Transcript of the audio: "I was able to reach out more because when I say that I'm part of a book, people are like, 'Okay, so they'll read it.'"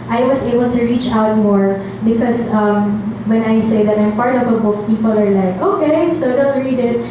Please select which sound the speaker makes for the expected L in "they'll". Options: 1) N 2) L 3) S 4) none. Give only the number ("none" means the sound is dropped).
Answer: 1